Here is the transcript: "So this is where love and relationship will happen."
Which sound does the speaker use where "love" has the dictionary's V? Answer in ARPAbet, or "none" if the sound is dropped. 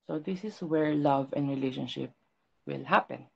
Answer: V